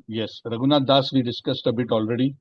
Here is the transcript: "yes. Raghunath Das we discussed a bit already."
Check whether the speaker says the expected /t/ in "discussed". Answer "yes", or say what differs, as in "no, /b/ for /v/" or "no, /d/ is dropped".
yes